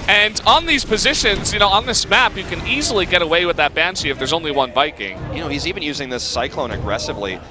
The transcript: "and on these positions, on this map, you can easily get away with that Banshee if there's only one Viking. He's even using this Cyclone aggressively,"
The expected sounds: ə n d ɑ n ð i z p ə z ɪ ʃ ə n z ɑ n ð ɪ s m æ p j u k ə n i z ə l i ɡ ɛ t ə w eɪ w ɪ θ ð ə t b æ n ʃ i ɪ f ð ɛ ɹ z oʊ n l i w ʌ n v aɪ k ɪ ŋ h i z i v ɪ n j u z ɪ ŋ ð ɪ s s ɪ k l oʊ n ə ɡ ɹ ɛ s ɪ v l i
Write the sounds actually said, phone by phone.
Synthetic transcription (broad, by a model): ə n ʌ n ð i z p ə z ɪ ʃ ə n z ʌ n ð ɪ s m æ p j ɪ k ə n i z l i ɡ ɛ t ə w eɪ w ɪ ð ə t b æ n s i ɪ f ð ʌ ɹ z oʊ n l i w ʌ n b aɪ k ɪ ŋ h i z i v ɪ n j u z ɪ ŋ ð ɪ s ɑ ɪ k l oʊ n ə ɡ ɹ ɛ s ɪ v l i